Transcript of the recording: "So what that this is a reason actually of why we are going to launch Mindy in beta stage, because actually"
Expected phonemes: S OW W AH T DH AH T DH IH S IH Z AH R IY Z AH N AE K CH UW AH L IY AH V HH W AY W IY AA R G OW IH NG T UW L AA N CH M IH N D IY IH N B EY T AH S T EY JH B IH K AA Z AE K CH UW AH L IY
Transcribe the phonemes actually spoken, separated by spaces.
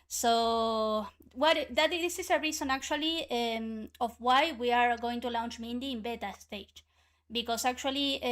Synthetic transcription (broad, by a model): S OW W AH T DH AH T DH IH S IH S AH R IY S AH N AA K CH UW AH L IY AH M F W AY W IY AA R G OW IH NG T UW L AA N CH M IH N D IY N B EY T AH S T EY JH B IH K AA S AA K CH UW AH L IY